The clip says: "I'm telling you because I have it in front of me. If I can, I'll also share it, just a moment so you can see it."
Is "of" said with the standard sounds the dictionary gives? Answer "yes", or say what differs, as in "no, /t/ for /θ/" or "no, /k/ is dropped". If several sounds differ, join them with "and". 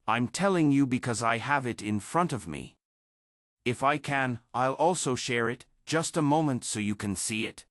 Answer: yes